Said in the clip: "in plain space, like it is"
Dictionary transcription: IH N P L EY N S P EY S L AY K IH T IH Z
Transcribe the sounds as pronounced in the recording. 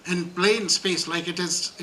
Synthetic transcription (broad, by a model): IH N B L EY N S P EY S L AY K IH T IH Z